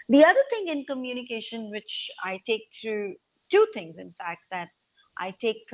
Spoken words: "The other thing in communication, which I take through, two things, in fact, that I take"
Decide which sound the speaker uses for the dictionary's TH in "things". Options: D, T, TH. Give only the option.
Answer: T